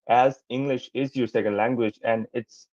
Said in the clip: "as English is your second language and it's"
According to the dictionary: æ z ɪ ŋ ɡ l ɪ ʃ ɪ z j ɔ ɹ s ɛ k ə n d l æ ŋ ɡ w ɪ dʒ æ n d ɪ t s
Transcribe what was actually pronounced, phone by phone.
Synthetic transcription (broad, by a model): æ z ɪ ŋ ɡ l ɪ ʃ ɪ z j ɔ ɹ s ɛ k ə n d l æ ŋ ɡ w ɪ dʒ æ n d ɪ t s